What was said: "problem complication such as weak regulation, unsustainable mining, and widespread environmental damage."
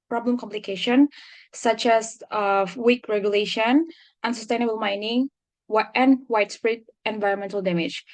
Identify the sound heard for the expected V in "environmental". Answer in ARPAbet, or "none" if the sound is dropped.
V